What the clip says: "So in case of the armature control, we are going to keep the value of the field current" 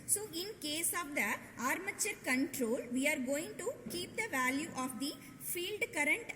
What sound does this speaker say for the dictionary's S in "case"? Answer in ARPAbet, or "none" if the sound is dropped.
S